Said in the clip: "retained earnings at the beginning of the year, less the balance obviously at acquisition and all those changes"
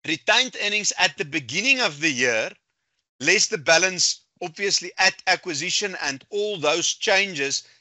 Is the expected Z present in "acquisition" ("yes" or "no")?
yes